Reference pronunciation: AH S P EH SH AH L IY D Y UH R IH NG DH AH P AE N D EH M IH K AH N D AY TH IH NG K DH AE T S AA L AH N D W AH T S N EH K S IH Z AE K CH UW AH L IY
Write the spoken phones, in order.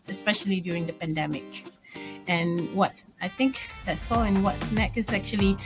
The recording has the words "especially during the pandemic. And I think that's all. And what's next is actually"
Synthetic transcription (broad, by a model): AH S P EH SH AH L IY D Y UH R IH NG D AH P AE N D EH M IH K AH N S AY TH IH NG K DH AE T S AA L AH N W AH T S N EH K IH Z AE K CH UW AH L IY